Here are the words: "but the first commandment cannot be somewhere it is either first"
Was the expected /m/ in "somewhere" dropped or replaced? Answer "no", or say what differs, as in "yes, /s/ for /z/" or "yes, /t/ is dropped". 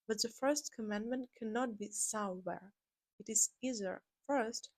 yes, /m/ is dropped